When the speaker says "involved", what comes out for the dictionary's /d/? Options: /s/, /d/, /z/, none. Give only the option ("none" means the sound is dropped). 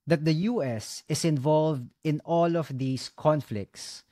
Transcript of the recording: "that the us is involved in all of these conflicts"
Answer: /d/